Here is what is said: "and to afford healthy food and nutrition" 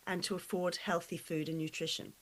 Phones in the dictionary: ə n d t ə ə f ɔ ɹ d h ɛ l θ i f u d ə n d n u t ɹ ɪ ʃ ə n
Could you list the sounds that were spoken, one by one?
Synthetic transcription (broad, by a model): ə n t ə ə f ɔ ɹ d h ɛ l θ i f u d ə n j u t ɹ ɪ ʃ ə n